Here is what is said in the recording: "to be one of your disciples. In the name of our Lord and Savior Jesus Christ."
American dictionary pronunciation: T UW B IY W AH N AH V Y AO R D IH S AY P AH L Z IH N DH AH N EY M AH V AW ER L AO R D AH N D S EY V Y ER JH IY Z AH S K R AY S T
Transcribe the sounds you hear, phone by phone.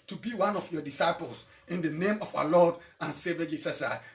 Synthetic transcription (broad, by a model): T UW B IY W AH N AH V Y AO D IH S AY P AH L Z IH N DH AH N EY M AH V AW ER L AO D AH N S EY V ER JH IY S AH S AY